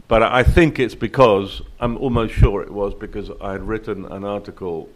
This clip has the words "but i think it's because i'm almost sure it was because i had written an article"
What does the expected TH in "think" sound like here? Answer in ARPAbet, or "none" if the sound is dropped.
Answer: TH